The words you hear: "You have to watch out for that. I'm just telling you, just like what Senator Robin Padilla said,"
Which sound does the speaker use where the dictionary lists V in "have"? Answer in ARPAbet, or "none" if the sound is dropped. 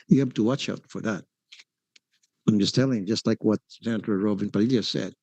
B